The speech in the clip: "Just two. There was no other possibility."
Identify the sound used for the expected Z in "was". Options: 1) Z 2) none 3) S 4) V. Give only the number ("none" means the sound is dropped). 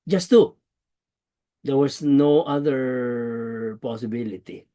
3